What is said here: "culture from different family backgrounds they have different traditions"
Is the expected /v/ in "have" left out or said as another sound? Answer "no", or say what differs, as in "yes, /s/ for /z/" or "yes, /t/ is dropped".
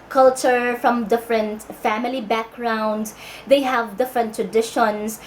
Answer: no